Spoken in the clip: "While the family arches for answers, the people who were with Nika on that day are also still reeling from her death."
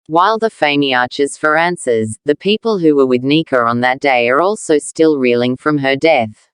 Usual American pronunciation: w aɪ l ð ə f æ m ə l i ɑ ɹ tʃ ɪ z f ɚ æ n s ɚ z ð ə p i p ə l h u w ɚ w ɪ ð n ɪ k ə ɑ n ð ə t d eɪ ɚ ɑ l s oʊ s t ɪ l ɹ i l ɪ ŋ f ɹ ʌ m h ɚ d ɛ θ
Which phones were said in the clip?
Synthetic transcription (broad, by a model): w aɪ l ð ə f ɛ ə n i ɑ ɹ tʃ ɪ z f ɚ æ n s ɚ z ð ə p i p ə l h u w ɚ w ɪ ð n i k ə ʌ n ð ə t d eɪ ɚ ɑ l s oʊ s t ɪ l ɹ i l ɪ ŋ f ɹ ʌ m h ɚ d ɛ θ